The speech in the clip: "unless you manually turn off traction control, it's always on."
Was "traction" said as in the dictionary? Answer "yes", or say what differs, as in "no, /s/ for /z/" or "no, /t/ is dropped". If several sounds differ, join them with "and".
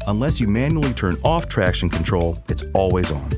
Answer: yes